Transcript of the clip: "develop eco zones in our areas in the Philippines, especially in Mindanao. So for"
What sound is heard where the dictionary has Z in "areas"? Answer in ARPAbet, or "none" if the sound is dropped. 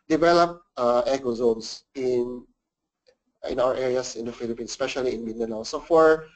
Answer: S